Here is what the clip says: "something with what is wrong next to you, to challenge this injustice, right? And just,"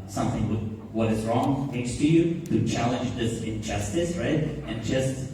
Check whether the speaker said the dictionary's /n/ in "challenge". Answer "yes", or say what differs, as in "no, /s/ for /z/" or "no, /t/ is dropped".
yes